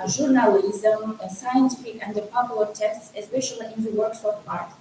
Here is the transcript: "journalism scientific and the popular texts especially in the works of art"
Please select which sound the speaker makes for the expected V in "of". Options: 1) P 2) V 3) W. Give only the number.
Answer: 1